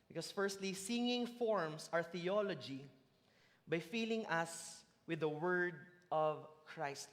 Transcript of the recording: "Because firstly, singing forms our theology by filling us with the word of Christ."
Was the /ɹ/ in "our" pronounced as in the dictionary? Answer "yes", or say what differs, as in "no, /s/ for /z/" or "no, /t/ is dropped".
yes